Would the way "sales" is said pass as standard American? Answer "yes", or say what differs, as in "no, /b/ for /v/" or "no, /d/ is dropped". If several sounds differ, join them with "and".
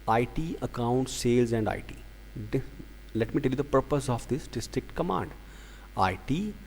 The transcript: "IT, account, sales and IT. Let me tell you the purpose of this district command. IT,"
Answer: yes